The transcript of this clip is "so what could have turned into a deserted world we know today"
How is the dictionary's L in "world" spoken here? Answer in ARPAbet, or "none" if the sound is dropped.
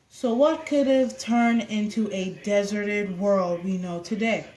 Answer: L